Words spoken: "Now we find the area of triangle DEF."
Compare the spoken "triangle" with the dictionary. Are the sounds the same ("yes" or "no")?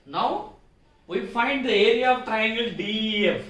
yes